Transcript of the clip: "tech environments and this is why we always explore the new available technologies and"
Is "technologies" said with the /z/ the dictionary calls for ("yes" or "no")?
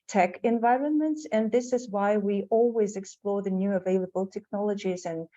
yes